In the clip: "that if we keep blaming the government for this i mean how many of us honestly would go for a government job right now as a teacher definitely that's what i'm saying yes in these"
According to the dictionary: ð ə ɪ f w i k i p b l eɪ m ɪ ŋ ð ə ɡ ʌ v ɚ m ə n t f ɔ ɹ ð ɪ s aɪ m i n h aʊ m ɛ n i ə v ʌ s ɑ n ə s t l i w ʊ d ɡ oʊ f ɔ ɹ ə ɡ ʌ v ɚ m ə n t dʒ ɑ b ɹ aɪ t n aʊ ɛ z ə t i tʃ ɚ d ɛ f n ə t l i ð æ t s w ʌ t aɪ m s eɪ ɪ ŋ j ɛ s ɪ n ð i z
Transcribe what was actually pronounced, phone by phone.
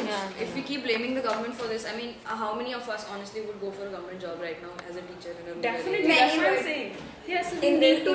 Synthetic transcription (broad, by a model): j ɪ f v i k i p b l eɪ m ɪ ŋ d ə ɡ ʌ v ɚ m ə n t f ɔ ɹ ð ɪ s aɪ m i n h aʊ m ɛ n i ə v ʌ s ɑ n ə s t l i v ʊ d ɡ oʊ f ɔ ɹ ə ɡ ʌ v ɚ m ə n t dʒ ɑ b ɹ aɪ t n aʊ ɛ z ə t i tʃ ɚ d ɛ n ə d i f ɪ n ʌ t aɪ s eɪ ɪ ŋ j ɛ s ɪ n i